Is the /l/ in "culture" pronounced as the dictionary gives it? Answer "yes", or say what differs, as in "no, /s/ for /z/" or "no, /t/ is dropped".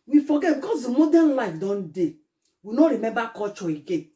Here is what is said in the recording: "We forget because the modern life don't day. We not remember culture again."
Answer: no, /l/ is dropped